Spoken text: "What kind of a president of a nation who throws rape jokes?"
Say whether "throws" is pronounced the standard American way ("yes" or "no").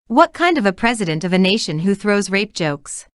yes